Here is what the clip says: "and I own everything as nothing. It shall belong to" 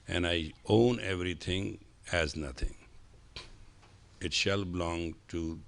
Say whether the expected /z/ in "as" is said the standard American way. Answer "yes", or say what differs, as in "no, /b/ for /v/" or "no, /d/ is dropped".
yes